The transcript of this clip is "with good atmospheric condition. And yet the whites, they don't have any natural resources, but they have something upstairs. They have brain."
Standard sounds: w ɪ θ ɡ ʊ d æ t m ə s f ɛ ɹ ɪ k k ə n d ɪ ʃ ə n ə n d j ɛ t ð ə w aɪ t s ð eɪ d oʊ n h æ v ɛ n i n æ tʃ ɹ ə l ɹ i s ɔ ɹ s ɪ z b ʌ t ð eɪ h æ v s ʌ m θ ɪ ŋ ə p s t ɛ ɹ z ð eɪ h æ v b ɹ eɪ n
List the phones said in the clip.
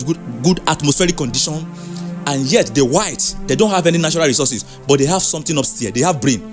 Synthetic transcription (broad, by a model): ɡ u d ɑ t m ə s f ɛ ɹ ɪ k k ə n d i ʃ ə n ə n j ɛ t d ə w aɪ t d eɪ d oʊ n h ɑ v ɛ n i n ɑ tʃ ɹ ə l ɹ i s ɔ s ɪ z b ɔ t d eɪ h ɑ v s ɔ m t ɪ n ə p s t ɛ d eɪ h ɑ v b ɹ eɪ n